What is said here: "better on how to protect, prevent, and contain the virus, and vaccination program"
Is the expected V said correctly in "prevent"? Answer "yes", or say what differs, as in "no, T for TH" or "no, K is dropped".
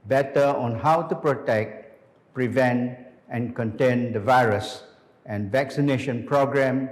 yes